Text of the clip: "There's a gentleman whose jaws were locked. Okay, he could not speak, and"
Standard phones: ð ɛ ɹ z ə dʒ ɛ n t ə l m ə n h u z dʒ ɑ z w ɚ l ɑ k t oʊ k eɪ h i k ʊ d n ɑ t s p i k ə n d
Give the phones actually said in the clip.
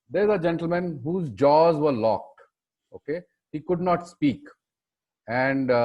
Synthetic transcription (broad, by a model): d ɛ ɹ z ə dʒ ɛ n t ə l m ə n h u z dʒ ɑ z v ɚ l ɑ k t oʊ k eɪ h i k ʊ d n ɑ t s p i k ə n d